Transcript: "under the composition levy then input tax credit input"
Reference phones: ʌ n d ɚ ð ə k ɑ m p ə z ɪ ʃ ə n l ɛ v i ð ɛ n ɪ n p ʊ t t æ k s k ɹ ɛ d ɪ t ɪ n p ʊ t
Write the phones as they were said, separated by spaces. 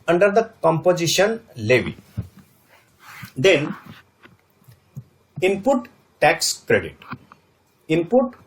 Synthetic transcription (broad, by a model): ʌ n d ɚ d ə k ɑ m p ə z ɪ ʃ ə n l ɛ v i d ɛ n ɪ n p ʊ t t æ k s k ɹ ɛ d ɪ t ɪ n p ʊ t